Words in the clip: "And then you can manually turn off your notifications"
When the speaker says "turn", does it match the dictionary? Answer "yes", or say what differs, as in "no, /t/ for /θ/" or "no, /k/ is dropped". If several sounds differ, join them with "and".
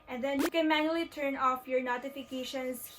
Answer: yes